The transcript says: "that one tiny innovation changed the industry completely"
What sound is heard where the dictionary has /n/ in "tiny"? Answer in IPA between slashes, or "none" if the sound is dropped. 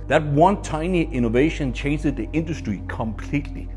/n/